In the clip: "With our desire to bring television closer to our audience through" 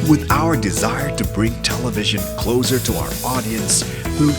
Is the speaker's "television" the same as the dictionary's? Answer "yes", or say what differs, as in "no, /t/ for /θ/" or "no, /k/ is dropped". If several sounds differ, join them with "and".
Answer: yes